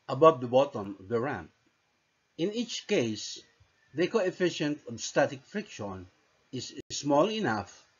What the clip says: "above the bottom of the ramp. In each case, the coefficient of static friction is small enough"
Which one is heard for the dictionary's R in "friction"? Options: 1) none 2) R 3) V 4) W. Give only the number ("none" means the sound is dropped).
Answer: 2